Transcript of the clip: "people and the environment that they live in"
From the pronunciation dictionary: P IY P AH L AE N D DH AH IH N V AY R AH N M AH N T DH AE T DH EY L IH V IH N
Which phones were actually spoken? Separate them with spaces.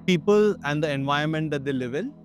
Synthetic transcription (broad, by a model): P IY P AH L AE N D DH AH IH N V AY AH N M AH N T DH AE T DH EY L IH V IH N